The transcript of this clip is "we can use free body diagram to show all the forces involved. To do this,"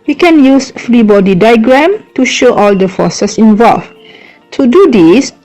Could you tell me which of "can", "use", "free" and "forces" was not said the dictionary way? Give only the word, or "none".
forces